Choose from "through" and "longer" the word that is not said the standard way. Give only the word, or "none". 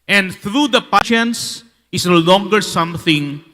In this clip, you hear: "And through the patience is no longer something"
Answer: through